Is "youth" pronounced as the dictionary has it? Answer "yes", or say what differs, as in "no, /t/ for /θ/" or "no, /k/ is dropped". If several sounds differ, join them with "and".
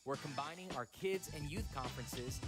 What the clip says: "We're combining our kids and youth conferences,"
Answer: yes